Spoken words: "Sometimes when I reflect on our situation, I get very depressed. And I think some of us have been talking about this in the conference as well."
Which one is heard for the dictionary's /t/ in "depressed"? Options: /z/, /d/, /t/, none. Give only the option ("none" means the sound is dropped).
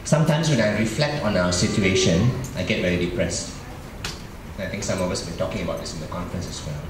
/t/